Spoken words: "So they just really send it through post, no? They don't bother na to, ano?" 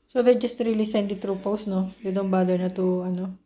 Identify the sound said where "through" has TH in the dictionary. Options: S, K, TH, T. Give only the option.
T